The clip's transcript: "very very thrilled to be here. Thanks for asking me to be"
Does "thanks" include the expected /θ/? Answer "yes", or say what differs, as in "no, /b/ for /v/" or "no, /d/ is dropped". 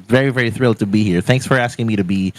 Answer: yes